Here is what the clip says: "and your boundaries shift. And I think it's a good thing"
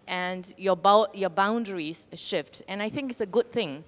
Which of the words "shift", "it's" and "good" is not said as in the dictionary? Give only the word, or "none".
none